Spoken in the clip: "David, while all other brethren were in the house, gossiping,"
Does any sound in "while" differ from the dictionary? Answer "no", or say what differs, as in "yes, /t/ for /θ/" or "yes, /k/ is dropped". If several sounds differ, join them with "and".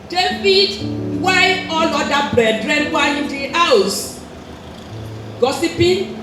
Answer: yes, /n/ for /l/